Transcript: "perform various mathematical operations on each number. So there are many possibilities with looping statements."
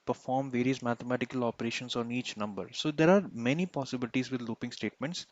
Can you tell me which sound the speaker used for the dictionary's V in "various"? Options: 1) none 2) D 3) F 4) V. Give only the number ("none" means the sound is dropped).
4